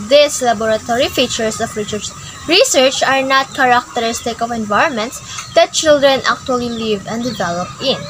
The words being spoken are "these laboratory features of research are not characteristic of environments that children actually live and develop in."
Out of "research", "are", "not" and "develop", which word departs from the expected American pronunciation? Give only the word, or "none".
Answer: none